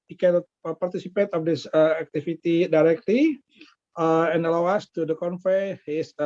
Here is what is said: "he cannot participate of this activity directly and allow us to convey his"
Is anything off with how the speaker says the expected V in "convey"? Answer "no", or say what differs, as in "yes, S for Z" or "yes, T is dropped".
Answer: yes, F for V